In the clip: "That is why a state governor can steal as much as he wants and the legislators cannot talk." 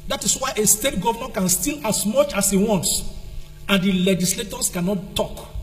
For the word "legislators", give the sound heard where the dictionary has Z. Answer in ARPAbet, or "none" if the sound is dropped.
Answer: S